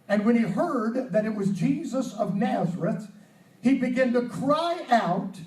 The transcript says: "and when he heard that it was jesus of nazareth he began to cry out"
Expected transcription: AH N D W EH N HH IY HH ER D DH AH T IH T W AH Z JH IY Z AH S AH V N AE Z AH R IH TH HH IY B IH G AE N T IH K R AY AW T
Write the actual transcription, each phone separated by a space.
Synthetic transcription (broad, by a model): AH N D W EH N IY HH ER D DH AH T IH T W AH Z JH IY Z AH S AH V N AE Z AH R IH TH HH IY B IH G AE N T IH K R AY AW T